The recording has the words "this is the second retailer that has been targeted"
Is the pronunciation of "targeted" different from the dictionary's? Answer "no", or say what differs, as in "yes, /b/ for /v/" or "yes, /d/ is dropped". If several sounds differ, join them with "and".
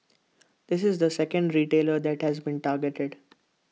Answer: no